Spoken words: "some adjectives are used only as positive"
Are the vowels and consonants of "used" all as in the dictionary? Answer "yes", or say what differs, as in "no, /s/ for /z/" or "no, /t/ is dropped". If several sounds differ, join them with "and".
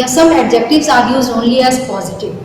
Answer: no, /d/ is dropped